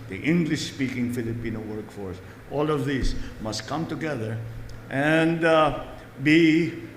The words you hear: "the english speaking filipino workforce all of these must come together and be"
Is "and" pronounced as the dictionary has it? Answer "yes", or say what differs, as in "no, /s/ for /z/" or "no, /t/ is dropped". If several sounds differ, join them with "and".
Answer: yes